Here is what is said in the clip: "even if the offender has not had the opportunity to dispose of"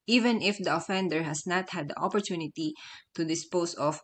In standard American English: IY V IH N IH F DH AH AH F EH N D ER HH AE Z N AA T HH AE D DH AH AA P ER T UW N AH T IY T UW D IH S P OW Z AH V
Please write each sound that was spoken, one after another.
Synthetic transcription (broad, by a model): IY V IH N IH F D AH AH F EH N D ER HH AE S N AA T HH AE D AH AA P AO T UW N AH T IY T UW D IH S P OW S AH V